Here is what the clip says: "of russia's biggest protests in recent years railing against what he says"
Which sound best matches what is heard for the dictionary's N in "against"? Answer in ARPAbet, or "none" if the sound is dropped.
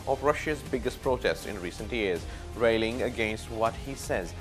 N